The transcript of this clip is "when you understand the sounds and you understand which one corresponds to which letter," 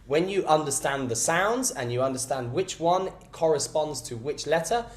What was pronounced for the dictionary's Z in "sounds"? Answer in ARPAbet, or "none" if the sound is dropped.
Z